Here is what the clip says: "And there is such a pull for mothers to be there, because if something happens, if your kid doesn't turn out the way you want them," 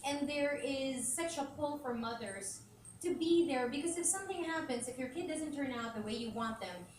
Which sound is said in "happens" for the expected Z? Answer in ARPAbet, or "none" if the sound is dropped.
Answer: Z